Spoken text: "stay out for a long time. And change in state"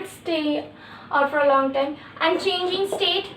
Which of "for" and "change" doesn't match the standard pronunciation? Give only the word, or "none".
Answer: none